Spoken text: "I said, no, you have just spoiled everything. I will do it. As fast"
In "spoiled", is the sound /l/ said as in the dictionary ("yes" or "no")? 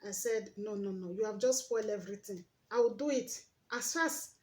yes